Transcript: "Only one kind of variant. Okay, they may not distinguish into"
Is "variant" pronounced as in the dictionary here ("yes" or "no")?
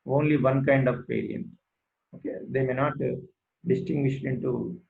no